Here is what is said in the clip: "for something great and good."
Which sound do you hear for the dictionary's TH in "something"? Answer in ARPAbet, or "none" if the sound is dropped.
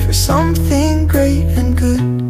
TH